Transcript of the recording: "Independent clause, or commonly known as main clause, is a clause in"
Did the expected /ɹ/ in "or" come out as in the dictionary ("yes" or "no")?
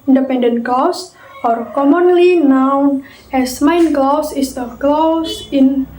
yes